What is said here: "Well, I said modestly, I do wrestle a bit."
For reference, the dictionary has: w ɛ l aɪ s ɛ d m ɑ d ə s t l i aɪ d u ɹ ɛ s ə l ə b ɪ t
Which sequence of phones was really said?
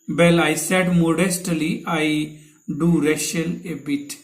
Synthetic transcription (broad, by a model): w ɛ l aɪ s ɛ d m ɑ d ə s t l i aɪ d u ɹ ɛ ʃ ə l ə b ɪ t